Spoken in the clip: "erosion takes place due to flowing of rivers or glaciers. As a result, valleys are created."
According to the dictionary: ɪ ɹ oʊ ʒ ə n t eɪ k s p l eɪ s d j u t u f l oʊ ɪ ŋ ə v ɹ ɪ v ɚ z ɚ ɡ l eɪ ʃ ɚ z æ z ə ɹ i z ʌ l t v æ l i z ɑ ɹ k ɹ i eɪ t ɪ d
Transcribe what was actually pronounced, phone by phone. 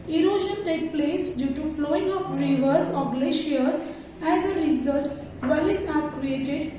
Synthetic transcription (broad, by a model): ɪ ɹ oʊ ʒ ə n t eɪ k p l eɪ s d j u t u f l oʊ ɪ ŋ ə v ɹ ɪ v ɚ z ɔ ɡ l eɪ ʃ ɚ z æ z ə ɹ i z ʌ l t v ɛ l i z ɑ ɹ k ɹ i eɪ t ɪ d